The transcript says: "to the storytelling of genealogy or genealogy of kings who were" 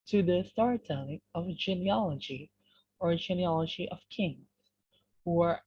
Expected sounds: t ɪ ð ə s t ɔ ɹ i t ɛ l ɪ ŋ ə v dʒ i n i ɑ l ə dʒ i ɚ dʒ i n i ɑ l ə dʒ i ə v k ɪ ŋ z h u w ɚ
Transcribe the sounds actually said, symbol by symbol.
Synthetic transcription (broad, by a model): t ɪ ð ə s t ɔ ɹ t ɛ n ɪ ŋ ə v dʒ i n i ɑ l ə dʒ i ɚ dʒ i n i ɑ l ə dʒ i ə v k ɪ ŋ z h u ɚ